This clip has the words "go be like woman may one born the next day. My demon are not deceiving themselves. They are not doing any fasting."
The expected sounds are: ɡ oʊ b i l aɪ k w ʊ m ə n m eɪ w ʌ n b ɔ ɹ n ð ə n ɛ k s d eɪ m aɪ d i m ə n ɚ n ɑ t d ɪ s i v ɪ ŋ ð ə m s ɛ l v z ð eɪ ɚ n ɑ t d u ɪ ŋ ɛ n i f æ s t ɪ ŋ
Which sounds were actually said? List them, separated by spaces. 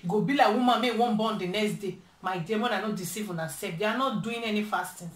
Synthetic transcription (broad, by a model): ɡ oʊ b i l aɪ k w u m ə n m eɪ w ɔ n b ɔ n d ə n ɛ k s d eɪ m aɪ d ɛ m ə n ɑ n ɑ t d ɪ s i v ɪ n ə s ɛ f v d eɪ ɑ n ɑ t d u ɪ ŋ ɛ n i f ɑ s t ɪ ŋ